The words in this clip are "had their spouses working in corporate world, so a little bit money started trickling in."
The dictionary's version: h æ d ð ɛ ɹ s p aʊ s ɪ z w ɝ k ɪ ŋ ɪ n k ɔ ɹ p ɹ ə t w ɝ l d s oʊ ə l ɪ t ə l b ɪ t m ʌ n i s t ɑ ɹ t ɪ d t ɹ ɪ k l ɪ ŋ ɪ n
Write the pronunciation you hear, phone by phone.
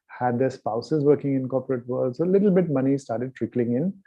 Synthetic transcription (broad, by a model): h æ d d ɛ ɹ s p aʊ s ɪ z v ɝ k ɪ ŋ ɪ n k ɔ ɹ p ɹ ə t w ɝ l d s oʊ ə l ɪ t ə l b ɪ t m ʌ n i s t ɑ ɹ t ɪ d t ɹ ɪ k l ɪ ŋ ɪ n